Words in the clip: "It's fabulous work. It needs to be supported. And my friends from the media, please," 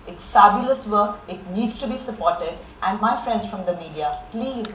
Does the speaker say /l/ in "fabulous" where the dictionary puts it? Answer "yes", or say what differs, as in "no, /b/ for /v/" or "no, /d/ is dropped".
yes